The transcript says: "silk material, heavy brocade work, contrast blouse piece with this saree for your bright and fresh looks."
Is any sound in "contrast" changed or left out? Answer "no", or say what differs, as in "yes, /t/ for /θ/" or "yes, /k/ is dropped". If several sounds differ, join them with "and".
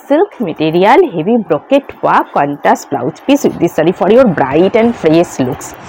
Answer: yes, /ɹ/ is dropped